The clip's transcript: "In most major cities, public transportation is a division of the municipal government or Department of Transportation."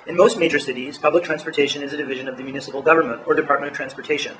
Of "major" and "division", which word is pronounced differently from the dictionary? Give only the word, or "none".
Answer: none